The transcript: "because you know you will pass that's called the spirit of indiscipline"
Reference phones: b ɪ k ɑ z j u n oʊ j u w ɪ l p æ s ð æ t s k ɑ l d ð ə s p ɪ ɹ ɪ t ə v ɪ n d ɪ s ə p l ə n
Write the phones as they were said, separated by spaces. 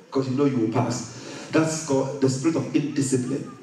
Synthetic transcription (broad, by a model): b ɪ k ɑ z j u n oʊ j u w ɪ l p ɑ s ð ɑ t s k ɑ d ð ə s p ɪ ɹ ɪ t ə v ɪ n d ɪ s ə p l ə n